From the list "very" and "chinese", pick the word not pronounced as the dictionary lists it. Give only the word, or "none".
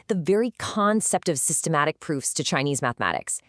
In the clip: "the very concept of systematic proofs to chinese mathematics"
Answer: none